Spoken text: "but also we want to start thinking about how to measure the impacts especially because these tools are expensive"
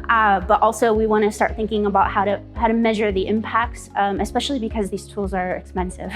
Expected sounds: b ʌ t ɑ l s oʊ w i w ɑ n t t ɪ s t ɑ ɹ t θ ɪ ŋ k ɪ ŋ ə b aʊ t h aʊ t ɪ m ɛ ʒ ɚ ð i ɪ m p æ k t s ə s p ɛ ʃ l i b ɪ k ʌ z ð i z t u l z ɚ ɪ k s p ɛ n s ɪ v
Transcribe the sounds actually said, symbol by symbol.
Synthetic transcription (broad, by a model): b ʌ t ɑ l s oʊ w i w ɑ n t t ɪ s t ɑ ɹ t θ ɪ ŋ k ɪ ŋ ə b aʊ t h aʊ t ɪ m ɛ ʒ ɚ ð i ɪ m p æ k t s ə s p ɛ ʃ l i b ɪ k ʌ z ð i z t u l z ɚ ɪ k s p ɛ n s ɪ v